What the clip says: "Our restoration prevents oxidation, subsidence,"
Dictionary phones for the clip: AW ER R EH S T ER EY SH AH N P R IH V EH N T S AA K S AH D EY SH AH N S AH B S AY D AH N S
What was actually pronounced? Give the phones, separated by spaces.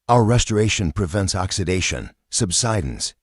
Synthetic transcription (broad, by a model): AW ER R EH S T ER EY SH AH N P R IH V EH N T S AA K S AH D EY SH AH N S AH B S AY D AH N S